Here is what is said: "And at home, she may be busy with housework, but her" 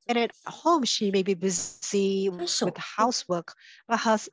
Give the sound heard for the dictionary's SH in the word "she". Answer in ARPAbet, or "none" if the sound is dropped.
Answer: SH